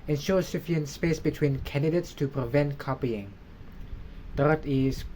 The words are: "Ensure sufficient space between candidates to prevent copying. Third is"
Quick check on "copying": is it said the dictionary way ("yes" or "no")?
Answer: yes